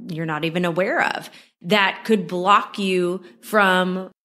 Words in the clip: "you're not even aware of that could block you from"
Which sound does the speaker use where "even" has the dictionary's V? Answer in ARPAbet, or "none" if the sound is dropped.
V